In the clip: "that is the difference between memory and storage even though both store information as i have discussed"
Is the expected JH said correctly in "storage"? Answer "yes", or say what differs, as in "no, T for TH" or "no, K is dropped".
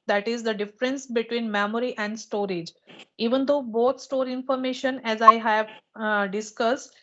yes